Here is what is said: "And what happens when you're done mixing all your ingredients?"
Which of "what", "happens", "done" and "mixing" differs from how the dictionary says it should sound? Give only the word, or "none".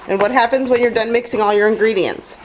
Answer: none